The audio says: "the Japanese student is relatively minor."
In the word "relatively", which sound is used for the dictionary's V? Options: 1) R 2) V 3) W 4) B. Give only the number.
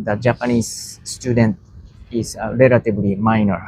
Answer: 4